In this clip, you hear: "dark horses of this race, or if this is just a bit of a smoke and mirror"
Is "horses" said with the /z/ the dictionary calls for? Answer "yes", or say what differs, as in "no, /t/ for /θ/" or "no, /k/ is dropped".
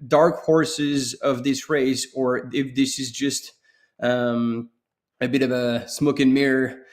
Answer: yes